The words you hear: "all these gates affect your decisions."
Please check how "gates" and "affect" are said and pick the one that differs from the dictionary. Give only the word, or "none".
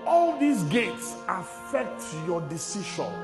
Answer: none